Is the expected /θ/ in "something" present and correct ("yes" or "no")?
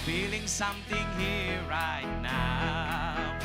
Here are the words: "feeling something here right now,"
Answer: no